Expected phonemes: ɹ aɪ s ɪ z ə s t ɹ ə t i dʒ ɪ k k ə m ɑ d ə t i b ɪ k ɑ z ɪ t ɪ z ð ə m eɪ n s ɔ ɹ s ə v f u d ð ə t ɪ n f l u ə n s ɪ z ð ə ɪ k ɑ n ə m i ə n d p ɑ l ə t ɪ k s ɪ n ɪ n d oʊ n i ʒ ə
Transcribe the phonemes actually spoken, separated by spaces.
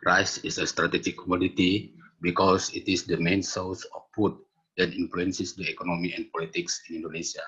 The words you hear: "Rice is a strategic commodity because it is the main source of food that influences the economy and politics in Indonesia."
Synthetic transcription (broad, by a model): ɹ aɪ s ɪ s ə s t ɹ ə t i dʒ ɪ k k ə m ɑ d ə t i b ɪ k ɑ s ɪ t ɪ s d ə m eɪ n s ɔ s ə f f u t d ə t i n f l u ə n s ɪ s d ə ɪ k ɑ n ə m i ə n p ɑ l ə t ɪ k s ɪ n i n d oʊ n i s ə